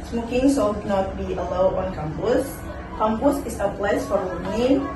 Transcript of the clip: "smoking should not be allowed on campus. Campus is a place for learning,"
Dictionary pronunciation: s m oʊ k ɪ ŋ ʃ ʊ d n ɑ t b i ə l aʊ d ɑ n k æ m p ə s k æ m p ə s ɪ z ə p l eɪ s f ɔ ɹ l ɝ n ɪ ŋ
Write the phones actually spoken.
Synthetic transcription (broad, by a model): s m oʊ k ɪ ŋ s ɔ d n ɑ t b i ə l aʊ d ɑ n k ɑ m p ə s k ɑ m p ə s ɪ s ə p l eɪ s f ɔ ɹ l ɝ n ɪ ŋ